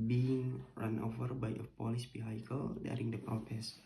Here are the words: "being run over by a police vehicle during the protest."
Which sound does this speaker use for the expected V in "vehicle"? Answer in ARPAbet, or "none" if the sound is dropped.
B